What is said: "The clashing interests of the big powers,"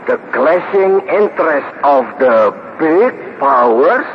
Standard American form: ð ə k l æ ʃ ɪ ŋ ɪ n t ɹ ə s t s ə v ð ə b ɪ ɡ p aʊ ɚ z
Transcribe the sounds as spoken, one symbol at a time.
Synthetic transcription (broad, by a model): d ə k l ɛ s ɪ ŋ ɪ n t ɹ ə s t ə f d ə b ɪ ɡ p aʊ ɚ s